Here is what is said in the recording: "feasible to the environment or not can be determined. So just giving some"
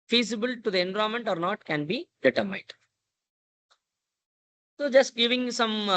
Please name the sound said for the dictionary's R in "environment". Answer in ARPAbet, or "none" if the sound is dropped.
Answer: none